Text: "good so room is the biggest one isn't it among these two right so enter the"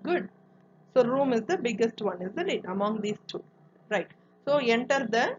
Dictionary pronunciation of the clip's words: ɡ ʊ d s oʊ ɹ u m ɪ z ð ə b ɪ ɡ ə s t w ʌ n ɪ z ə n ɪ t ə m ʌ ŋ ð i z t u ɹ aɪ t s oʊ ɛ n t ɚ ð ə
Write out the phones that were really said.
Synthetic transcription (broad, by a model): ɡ ʊ d s oʊ ɹ u m ɪ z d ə b ɪ ɡ ə s t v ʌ n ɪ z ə l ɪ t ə m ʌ ŋ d i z t u ɹ aɪ t s oʊ ɛ n t ɚ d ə